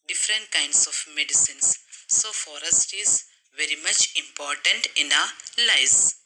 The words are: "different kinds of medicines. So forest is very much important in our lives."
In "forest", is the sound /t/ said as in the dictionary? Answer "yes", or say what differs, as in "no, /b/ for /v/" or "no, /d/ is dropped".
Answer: yes